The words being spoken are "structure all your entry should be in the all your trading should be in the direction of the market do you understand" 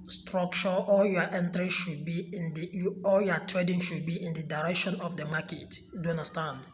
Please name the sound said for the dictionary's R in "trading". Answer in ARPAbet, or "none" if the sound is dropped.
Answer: R